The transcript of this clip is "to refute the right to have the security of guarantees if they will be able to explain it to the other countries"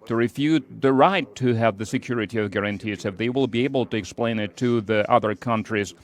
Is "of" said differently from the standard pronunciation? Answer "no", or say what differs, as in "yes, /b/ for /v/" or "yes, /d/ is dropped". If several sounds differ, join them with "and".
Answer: no